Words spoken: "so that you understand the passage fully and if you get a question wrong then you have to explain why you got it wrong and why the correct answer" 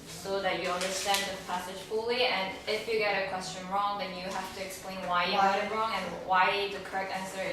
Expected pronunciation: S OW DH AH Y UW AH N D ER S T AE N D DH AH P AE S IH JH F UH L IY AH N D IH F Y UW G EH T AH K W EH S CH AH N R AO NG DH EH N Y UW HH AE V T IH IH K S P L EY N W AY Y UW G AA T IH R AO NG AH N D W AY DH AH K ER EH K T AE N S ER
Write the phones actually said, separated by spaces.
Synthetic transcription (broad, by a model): S OW DH AH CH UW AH N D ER S T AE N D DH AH P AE S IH ZH F UH L IY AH N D IH F Y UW G EH T AH K W EH S CH AH N R AO NG DH EH N Y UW HH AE F T IH IH K S P L EY N W AY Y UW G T IH R AO NG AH N W AY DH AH K ER EH K T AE N S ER